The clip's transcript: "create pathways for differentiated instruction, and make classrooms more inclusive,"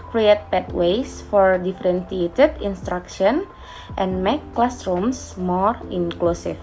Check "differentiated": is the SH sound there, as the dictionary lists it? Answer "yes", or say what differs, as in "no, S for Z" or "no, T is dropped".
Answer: no, S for SH